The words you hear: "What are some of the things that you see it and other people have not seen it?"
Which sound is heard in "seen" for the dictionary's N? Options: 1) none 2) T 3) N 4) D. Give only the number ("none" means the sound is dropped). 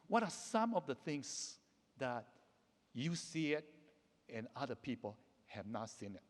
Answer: 3